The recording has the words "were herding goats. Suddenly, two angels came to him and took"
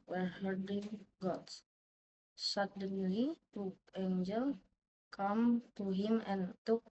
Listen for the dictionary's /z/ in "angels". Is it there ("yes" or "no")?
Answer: no